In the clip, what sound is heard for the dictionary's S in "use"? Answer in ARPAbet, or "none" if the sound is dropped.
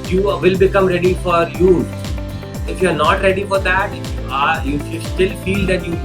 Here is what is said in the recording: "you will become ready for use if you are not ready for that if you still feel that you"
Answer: none